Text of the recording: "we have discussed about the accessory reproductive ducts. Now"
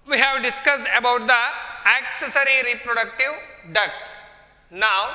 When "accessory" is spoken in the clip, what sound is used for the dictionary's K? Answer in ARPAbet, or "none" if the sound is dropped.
K